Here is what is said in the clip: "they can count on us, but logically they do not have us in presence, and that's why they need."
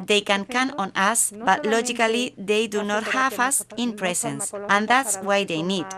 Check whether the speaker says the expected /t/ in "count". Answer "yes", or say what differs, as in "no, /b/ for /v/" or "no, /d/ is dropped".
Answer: no, /t/ is dropped